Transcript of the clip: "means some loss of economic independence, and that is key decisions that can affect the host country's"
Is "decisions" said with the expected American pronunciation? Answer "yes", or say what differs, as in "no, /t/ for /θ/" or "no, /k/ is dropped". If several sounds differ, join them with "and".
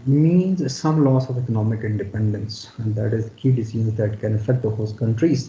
no, /z/ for /ʒ/ and /n/ is dropped